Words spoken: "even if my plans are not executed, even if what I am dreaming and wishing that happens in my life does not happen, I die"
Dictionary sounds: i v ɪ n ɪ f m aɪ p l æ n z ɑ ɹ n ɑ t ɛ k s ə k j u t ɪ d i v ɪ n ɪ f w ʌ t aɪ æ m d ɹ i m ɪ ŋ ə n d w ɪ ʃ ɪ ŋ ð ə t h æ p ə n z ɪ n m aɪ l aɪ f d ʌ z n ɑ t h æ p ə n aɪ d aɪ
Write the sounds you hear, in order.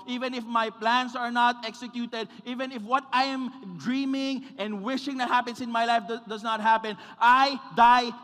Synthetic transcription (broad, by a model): i v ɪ n ɪ f m aɪ p l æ n s ɑ ɹ n ɑ t ɛ k s ə k j u t ɪ d i v ɪ n ɪ f w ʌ t aɪ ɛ m d ɹ i m ɪ ŋ ə n d w ɪ ʃ ɪ ŋ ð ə t h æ p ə n s ɪ n m aɪ l aɪ f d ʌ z n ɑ t h æ p ə n aɪ d aɪ